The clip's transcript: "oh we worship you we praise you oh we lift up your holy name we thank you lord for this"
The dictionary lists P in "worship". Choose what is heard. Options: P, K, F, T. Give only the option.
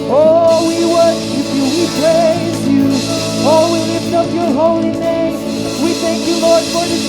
F